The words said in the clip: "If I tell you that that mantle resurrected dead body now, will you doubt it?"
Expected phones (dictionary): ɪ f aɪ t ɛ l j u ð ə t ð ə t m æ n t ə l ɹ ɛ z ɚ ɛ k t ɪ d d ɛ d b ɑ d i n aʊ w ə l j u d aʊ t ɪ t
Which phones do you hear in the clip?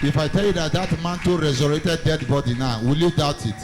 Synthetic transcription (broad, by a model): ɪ f aɪ t ɛ l j u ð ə t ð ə t m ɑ n t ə ɹ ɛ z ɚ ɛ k t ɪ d d ɛ d b ɑ d i n aʊ w ə l j u d aʊ t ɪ t